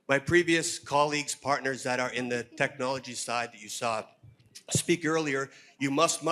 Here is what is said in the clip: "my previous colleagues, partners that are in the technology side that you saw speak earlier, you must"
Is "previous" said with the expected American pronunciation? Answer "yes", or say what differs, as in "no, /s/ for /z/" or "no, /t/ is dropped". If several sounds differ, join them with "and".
yes